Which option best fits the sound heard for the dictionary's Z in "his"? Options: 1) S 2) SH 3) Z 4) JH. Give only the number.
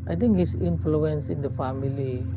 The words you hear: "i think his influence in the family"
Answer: 1